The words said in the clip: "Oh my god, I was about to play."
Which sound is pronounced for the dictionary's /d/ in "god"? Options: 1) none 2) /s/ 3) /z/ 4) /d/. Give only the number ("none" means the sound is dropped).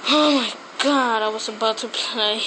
4